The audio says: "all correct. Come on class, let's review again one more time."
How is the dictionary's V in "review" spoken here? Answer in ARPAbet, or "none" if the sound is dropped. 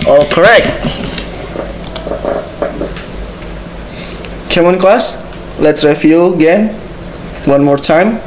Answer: F